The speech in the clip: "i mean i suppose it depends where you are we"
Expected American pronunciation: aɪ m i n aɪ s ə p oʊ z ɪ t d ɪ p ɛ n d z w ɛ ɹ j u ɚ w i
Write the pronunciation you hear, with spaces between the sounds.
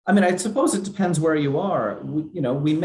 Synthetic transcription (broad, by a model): aɪ m i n aɪ s ə p oʊ z ɪ t d ɪ p ɛ n d z w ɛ ɹ j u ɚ w i